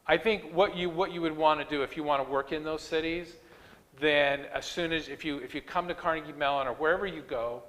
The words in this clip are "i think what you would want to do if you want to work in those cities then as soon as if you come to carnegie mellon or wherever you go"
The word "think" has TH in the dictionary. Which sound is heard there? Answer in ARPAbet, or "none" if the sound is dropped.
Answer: TH